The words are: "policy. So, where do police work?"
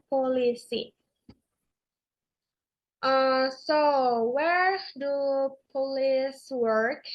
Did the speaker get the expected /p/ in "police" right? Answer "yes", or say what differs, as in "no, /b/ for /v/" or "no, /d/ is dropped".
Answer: yes